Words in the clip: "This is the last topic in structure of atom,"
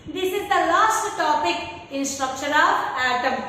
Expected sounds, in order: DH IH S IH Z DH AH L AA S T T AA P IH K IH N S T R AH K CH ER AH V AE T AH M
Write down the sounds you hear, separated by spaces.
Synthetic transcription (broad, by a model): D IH S IH Z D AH L AA S T T AA P IH K IH N S T R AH K SH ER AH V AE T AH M